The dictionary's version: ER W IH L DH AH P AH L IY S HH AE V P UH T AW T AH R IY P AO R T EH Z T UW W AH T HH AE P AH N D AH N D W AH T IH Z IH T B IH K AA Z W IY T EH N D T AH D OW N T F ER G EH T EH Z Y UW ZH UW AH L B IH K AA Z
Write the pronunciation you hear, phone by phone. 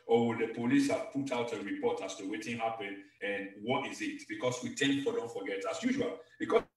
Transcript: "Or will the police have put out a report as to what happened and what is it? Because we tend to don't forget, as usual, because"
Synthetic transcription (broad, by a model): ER W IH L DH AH P AH L IY S HH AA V P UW T AW T AH R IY P AO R T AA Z T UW W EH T HH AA P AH N AH N W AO T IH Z IH T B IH K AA S W IY T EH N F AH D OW N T F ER G EH T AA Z Y UW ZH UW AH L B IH K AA